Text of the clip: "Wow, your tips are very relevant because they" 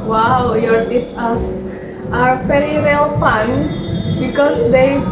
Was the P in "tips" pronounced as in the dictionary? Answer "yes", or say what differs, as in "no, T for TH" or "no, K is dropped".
no, P is dropped